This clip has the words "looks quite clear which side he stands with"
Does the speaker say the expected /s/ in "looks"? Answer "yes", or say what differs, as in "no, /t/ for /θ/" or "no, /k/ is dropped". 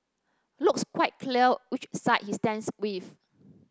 yes